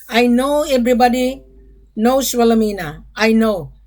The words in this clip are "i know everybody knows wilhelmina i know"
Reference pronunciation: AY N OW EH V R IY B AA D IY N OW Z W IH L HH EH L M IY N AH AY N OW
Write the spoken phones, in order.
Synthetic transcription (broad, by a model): AY N OW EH B R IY B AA D IY N OW S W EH L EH M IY N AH AY N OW